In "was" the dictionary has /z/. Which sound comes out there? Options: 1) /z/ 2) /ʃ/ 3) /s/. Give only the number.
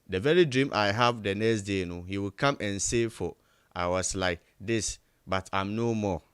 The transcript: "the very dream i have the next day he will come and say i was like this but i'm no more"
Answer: 3